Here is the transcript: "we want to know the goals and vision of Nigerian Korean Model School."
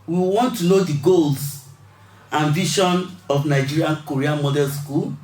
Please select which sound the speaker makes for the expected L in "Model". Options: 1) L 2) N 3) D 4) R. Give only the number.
2